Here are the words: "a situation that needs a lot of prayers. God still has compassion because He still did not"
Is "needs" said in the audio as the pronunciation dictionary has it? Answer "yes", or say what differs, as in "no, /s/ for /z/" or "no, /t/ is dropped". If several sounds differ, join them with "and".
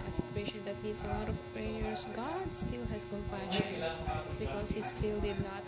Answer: no, /s/ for /z/